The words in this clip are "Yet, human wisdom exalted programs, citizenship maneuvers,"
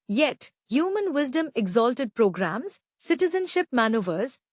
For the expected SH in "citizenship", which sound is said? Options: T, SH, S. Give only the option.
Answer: SH